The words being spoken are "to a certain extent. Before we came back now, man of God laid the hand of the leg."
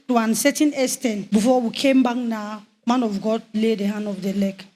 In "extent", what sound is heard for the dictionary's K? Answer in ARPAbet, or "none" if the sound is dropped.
none